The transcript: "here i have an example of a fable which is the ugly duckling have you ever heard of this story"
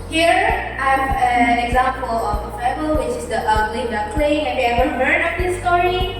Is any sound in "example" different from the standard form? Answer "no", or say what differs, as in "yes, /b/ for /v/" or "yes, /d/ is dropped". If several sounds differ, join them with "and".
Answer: no